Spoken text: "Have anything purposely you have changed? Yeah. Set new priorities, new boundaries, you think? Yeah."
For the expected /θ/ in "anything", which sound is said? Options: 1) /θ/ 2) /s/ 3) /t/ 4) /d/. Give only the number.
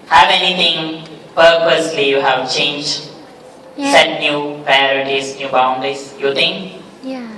3